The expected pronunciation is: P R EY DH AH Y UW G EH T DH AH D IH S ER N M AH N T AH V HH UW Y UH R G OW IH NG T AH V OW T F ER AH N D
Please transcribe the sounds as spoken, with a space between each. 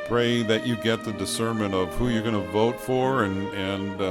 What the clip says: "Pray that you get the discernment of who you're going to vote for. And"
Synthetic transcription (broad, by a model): P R EY DH AH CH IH G EH T DH AH D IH S ER M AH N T AH V HH UW Y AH R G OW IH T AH V OW T F ER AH N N